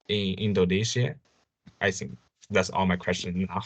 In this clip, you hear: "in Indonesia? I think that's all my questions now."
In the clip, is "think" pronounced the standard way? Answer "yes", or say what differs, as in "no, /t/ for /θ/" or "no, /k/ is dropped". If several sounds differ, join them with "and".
yes